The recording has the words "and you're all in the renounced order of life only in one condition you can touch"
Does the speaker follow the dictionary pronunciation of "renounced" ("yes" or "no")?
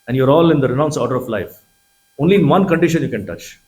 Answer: no